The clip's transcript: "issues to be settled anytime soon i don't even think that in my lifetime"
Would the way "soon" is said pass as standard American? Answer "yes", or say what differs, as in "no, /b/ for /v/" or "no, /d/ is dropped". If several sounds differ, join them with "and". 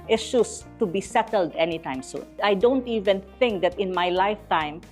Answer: no, /n/ is dropped